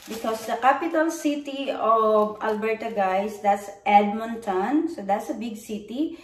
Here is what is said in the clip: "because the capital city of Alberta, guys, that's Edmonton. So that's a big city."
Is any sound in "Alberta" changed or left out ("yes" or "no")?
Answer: no